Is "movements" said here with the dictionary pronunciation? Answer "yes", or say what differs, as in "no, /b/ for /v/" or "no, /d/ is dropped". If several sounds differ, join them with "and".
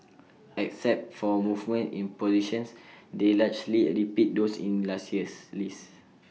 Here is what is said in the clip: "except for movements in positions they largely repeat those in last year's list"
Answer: no, /s/ is dropped